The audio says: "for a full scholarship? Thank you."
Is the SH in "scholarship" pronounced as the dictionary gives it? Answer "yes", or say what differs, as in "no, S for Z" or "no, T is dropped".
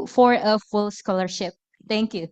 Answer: yes